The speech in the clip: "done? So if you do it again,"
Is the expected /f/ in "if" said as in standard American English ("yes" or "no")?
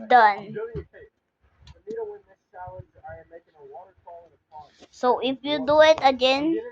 no